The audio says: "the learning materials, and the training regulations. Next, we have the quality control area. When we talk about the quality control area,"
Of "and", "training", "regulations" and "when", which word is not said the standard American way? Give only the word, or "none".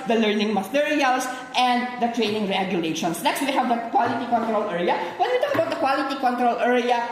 regulations